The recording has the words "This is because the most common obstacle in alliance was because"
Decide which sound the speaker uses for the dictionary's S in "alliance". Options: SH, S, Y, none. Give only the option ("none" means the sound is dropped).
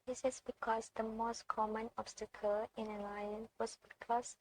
none